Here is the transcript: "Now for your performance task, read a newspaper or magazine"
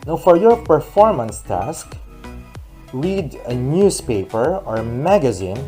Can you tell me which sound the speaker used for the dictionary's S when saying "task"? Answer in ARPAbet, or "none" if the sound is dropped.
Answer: S